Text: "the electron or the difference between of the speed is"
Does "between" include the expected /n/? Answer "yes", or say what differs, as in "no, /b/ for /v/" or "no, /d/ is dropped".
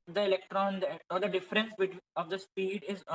no, /n/ is dropped